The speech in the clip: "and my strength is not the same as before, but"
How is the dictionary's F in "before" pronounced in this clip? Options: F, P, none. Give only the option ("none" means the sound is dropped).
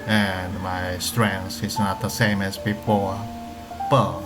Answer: F